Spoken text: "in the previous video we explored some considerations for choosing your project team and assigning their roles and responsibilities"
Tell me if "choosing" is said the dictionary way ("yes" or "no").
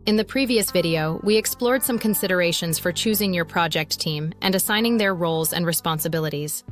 yes